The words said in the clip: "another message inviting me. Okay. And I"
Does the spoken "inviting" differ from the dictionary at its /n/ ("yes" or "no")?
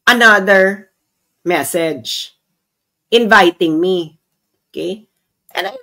no